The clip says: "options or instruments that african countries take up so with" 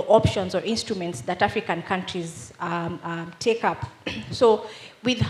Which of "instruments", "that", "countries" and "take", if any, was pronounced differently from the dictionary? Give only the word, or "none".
none